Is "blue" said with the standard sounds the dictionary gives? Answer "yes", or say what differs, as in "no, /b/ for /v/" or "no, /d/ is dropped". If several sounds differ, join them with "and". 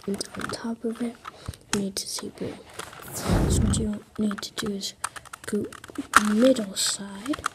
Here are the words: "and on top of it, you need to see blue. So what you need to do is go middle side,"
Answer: no, /l/ is dropped